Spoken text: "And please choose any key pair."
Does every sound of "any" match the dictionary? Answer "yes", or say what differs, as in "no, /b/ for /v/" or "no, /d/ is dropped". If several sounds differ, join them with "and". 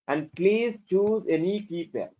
yes